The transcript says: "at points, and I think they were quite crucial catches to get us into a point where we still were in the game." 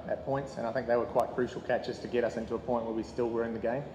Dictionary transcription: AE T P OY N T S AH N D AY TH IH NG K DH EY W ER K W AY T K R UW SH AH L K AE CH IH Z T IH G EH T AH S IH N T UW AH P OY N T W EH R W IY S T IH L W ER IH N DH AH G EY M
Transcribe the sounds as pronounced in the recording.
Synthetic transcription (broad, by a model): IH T P OY N T S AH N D AY TH IH NG K DH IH W ER K W AY T K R UW SH L K AE CH IH Z T IH G EH T AH S IH N T UW AH P OY N T W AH R W IY S T IH L W ER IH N DH AH G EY M